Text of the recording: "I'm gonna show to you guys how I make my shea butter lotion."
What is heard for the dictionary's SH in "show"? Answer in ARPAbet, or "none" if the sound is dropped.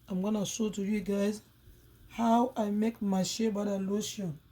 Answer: S